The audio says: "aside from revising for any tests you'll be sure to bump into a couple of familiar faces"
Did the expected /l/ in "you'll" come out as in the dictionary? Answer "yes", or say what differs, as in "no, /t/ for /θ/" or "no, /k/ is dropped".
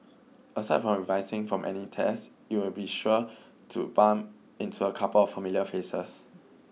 no, /w/ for /l/